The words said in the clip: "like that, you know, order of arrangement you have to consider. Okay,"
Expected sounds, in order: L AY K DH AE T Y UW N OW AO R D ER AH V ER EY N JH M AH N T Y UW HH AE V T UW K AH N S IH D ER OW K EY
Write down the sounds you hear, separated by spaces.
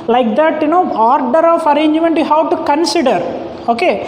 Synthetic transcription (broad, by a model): L AY K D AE T Y UW N OW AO R D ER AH F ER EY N JH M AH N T Y UW HH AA W T UW K AH N S IH D ER OW K EY